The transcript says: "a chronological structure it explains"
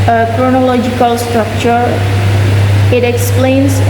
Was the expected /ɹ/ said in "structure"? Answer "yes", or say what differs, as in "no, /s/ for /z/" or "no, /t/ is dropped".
yes